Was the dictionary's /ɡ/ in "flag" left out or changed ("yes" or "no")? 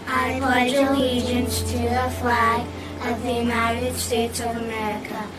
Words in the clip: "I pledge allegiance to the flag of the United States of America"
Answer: yes